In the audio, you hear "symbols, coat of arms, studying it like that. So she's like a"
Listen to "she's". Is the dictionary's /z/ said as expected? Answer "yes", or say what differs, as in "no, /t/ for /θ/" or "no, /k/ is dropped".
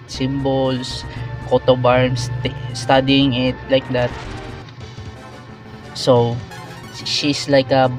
no, /s/ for /z/